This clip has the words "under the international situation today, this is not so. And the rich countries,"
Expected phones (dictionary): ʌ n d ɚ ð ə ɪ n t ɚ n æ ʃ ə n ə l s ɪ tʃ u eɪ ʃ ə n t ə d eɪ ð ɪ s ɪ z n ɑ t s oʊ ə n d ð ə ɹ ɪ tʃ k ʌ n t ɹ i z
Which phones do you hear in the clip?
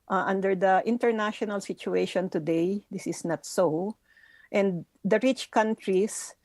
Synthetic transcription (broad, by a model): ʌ n d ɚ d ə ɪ n t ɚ n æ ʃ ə n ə l s ɪ tʃ u eɪ ʃ ə n t ə d eɪ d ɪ s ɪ s n ɑ t s oʊ ə n d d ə ɹ ɪ tʃ k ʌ n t ɹ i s